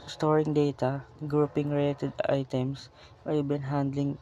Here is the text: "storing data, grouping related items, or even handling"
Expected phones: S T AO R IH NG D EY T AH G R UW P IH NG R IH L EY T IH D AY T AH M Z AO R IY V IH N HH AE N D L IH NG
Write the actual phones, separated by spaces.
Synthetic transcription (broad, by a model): S T AO R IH NG D EY T AH G R UW P IH NG R IH L EY T IH D AY T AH M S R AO B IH N HH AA N D L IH NG